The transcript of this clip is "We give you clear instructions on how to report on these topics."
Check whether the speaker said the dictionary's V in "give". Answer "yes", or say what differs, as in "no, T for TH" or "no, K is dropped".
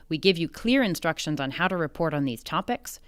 yes